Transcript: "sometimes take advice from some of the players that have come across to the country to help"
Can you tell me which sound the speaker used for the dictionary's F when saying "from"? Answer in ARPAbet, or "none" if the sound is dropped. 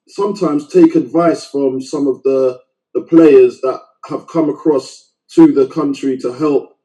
F